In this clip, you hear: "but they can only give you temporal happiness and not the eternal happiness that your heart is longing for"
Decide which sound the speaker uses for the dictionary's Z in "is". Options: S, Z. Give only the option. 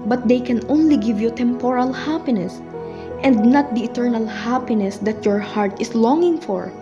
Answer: S